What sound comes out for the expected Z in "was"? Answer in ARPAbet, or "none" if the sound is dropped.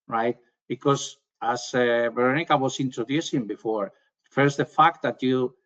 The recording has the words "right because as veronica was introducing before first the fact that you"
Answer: S